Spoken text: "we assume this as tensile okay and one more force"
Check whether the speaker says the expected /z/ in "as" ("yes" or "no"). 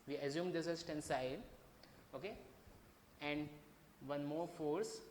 no